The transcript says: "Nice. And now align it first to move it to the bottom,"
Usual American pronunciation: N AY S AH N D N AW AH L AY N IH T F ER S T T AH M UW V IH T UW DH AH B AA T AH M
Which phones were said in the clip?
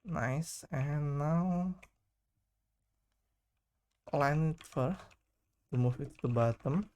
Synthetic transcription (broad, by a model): N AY S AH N N AW L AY N IH T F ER T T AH M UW F IH T UW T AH B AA T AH M